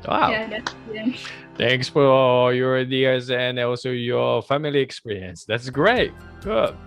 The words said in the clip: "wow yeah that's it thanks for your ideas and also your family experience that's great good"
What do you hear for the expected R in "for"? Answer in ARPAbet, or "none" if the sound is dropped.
L